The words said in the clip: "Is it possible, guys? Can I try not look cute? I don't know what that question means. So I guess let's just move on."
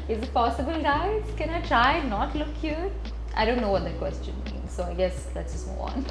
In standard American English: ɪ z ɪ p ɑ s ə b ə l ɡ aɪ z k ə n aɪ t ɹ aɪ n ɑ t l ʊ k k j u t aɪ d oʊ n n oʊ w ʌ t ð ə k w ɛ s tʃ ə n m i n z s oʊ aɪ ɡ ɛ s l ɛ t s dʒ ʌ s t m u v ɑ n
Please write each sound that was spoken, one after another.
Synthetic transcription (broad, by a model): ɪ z ɪ p ɑ s ə b ə l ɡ aɪ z k ə n aɪ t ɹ aɪ n ɑ t l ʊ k k j u t aɪ d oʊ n n oʊ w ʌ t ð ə k w ɛ s tʃ ə n m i n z s oʊ aɪ ɡ ɛ s l ɛ t s dʒ ʌ s t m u ɑ n